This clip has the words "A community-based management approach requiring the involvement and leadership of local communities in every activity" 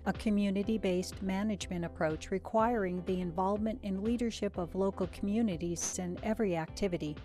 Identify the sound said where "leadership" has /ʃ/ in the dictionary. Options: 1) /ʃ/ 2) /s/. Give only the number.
1